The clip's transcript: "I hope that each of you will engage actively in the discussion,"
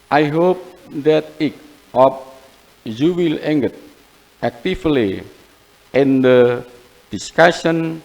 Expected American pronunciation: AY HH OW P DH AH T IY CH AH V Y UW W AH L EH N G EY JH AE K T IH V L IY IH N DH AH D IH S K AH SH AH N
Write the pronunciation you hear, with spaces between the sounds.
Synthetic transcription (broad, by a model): AY HH OW P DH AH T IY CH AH P Y UW W AH L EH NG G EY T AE K T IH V L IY IH N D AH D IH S K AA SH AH N